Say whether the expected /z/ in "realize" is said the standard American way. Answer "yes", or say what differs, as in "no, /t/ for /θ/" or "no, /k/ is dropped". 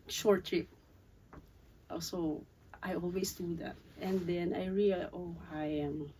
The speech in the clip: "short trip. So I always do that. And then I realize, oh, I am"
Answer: no, /z/ is dropped